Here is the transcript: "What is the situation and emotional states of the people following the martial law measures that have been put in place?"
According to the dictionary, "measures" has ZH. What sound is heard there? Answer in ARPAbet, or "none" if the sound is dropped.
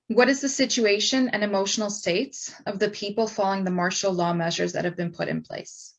ZH